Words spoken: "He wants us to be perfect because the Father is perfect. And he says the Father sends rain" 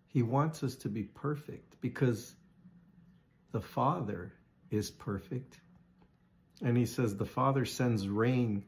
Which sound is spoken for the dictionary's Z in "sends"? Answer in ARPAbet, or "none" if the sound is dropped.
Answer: Z